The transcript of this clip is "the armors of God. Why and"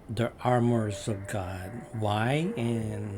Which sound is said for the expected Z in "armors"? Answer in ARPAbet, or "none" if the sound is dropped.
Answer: Z